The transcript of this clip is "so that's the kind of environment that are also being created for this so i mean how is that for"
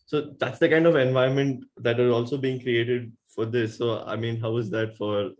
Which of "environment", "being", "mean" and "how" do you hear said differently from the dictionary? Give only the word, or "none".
environment